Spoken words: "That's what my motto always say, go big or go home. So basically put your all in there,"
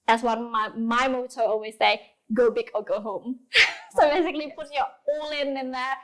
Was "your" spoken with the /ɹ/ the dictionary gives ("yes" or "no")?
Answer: no